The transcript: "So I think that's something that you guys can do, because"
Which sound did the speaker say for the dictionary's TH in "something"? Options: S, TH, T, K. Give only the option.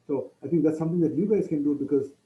T